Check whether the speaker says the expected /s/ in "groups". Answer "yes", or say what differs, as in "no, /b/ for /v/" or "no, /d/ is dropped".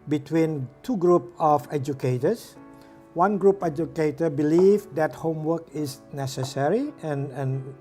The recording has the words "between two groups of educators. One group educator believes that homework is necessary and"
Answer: no, /s/ is dropped